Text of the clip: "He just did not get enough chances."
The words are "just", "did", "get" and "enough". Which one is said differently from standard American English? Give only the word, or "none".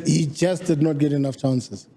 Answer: just